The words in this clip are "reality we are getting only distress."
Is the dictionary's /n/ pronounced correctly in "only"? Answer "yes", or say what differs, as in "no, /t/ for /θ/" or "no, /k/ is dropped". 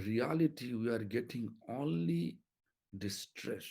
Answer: yes